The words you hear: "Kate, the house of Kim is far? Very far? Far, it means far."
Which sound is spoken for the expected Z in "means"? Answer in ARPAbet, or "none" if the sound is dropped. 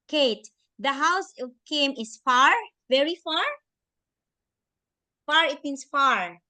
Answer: S